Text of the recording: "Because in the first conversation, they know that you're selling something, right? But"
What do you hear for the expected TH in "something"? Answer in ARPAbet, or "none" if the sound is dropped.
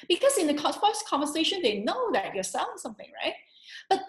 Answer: TH